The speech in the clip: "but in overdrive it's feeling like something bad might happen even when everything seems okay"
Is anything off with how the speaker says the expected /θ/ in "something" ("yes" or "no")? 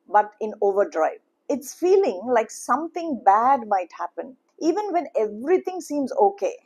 yes